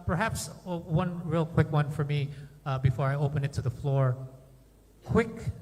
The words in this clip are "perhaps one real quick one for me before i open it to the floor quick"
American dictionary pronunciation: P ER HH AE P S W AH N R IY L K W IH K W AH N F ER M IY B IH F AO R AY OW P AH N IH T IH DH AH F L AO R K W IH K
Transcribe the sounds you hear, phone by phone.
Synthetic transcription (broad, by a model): P ER HH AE P S W AH N R IY L K W IH K W AH N F ER M IY B IH F AO R AY OW P AH N IH T IH DH AH F L AO R K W IH K